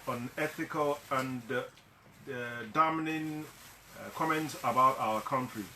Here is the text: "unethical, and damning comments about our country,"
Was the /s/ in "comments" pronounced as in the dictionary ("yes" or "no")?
yes